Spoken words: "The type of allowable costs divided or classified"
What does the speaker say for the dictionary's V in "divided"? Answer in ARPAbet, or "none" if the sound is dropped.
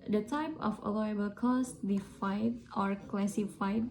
F